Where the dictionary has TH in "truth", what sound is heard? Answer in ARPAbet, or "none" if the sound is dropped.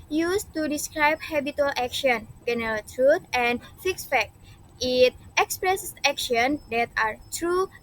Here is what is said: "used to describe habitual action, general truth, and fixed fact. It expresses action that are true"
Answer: T